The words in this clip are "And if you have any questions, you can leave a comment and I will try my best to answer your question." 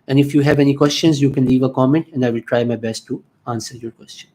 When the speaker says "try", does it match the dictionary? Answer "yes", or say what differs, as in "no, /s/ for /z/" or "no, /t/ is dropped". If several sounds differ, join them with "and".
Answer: yes